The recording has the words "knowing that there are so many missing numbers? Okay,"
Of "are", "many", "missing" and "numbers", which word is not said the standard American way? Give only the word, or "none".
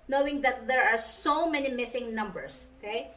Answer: numbers